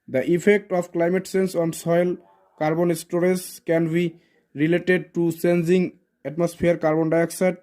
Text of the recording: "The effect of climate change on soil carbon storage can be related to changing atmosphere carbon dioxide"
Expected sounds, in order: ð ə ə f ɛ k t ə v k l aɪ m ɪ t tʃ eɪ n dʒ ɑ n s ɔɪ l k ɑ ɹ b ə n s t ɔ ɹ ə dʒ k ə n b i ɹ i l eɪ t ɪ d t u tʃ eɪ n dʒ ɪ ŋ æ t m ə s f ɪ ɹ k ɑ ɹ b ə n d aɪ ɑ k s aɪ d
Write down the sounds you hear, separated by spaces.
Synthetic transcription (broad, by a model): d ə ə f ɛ k t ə p k l aɪ m ɪ t s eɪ n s ɑ n s ɔɪ l k ɑ ɹ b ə n s t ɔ ɹ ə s k ə n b i ɹ i l eɪ t ɪ d t u s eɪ n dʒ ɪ ŋ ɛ t m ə s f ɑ ɹ k ɑ ɹ b ə n d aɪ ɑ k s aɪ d